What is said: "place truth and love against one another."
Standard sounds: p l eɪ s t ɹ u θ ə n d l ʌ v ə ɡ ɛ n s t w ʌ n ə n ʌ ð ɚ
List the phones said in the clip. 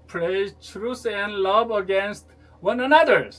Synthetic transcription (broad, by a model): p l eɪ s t ɹ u s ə n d l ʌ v ə ɡ ɛ n s t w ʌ n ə n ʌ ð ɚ